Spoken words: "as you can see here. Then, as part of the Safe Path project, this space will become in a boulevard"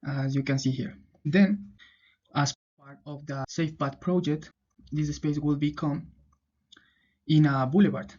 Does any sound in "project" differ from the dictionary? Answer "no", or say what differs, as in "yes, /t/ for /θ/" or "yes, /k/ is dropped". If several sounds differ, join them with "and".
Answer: no